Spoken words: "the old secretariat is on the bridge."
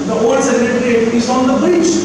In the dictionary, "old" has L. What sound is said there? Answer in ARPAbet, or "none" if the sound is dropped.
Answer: none